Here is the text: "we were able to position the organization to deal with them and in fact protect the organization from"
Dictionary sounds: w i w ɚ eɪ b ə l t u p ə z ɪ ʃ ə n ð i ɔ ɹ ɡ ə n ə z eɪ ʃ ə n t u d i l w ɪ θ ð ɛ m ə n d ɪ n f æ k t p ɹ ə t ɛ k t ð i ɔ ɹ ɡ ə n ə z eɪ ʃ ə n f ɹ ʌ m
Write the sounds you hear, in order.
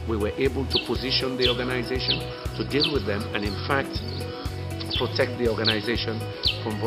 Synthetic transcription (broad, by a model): w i w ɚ eɪ b ə l t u p ə z ɪ ʃ ə n ð i ɔ ɹ ɡ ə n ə z eɪ ʃ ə n t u d i l w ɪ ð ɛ m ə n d ɪ n f æ k t p ɹ ə t ɛ k t ð i ɔ ɹ ɡ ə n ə z eɪ ʃ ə n f ɹ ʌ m